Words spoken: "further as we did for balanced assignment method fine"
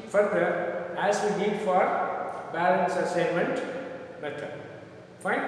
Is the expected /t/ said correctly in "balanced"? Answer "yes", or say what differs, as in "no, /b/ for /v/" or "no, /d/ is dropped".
no, /t/ is dropped